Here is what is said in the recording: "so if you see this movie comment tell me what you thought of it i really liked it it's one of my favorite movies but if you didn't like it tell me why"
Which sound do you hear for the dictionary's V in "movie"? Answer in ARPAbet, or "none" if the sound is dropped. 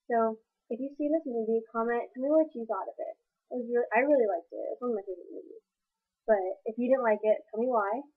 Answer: B